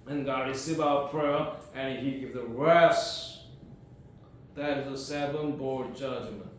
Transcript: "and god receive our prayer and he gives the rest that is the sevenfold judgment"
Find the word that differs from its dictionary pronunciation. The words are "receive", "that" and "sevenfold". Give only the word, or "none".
sevenfold